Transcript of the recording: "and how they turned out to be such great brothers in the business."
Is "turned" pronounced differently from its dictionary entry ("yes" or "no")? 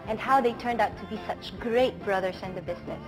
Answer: no